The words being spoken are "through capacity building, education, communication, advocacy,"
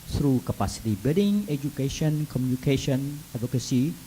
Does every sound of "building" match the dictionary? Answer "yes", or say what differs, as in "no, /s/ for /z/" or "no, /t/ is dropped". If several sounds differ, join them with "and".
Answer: no, /l/ is dropped